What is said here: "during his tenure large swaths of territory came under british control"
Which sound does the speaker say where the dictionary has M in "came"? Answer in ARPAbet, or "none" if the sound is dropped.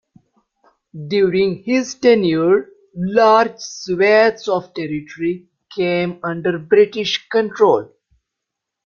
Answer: M